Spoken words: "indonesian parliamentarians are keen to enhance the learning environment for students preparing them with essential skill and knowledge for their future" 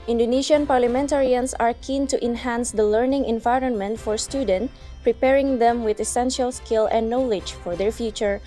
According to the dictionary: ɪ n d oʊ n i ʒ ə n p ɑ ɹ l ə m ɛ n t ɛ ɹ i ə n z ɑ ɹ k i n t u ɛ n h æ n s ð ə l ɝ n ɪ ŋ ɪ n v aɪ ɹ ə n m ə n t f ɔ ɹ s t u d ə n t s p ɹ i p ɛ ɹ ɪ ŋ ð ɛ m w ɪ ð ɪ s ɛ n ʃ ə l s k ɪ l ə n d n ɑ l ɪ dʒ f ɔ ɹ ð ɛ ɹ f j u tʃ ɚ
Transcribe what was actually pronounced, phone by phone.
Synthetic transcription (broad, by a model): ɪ n d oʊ n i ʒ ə n p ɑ ɹ l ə m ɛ n t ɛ ɹ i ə n s ɑ ɹ k i n t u ɛ n h æ n s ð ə l ɝ n ɪ ŋ ɪ n v aɪ ɹ ə n m ə n t f ɔ ɹ s t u d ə n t p ɹ i p ɛ ɹ ɪ ŋ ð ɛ m w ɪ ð ɪ s ɛ n ʃ ə l s k ɪ l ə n n ɑ l ɪ dʒ f ɔ ɹ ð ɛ ɹ f j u tʃ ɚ